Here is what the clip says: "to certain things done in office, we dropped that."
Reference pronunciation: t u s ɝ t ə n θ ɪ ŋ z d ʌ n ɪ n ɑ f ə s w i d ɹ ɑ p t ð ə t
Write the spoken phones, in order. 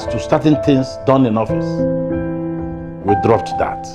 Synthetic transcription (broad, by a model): t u s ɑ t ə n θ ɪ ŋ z d ʌ n ɪ n ɑ f ə s w i d ɹ ɑ p t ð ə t